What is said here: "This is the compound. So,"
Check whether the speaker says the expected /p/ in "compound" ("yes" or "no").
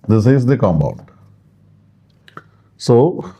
no